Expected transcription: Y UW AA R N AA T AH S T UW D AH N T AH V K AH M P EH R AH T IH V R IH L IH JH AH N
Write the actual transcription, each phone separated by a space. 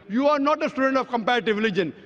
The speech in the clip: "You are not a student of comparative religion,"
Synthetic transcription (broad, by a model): Y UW AA R N AA T AH S T UW D AH N T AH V K AH M P EH R AH T IH V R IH L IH JH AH N